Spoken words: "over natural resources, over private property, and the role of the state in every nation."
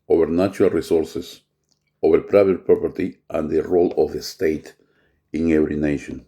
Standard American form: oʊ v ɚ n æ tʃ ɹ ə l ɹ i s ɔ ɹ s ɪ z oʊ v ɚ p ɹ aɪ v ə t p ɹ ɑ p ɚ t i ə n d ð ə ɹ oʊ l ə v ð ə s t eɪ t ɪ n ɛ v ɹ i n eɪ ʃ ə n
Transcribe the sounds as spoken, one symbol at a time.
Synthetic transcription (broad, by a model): oʊ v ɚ n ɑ tʃ ɹ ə l ɹ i s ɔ ɹ s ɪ s oʊ b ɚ p ɹ aɪ b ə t p ɹ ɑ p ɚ t i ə n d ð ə ɹ oʊ l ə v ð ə s t eɪ t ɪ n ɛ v ɹ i n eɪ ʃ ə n